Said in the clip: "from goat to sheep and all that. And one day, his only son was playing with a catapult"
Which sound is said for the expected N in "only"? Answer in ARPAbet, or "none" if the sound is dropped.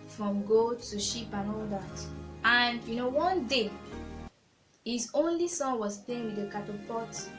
N